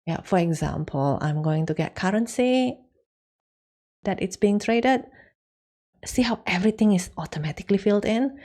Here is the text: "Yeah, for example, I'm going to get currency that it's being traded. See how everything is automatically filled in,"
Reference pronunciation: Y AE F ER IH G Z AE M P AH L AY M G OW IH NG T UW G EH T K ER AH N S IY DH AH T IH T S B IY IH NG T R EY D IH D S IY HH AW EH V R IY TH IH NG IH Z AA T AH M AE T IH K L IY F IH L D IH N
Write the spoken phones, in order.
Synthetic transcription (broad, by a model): Y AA F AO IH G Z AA M P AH L AY M G OW IH NG T UW G EH T K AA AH N S IY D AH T IH T S B IY IH NG T R EY D IH D S IY HH AW EH V R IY T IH NG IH S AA T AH M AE T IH K L IY F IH L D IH N